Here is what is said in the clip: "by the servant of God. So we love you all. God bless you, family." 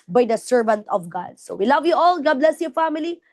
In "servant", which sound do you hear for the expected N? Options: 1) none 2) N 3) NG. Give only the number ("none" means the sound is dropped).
2